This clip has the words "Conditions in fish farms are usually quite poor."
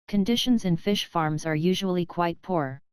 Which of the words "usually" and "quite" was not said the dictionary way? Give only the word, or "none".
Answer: none